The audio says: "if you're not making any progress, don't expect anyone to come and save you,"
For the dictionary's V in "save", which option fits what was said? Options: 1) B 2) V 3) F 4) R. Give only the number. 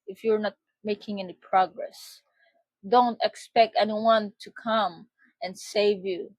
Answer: 2